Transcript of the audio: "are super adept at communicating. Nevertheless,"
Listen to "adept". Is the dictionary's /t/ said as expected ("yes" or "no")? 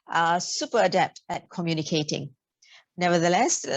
yes